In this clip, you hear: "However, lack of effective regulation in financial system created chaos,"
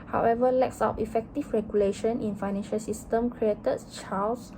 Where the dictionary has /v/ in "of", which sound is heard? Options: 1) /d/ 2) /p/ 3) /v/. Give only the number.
2